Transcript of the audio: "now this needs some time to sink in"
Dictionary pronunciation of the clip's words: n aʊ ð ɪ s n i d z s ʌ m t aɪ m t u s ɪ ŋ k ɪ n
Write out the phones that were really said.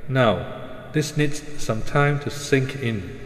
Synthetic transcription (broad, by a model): n aʊ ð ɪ s n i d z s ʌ m t aɪ m t u s ɪ ŋ k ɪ n